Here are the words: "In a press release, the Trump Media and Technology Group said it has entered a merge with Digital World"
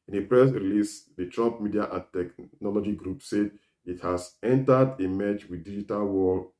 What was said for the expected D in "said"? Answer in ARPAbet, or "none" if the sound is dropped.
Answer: D